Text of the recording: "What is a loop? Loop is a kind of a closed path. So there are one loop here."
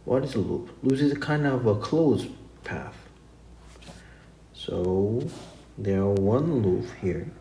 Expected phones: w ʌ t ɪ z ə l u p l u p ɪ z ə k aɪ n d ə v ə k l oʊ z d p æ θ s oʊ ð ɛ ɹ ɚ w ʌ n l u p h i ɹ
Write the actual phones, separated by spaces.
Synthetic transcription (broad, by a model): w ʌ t ɪ z ə l u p l u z ɪ z ə k aɪ n d ə v ə k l oʊ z p æ θ s oʊ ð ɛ ɹ w ʌ n l u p h i ɹ